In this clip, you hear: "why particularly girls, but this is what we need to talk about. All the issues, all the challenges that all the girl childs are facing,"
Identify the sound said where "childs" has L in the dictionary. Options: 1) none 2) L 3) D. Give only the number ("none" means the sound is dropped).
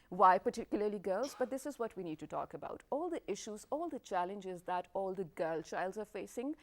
2